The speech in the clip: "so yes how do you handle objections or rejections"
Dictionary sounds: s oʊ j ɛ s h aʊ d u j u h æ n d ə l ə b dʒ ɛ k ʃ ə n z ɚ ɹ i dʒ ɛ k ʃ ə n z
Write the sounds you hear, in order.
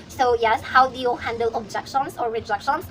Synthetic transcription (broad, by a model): s oʊ j ɛ s h aʊ d u j u h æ n d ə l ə b dʒ ɛ k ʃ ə n s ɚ ɹ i dʒ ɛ k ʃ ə n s